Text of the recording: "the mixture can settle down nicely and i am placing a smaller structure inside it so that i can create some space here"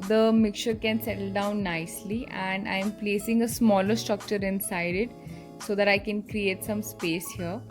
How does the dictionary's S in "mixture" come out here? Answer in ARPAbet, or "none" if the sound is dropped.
none